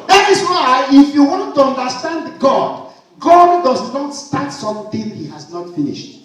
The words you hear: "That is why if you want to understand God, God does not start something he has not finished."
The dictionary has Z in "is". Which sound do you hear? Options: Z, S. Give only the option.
S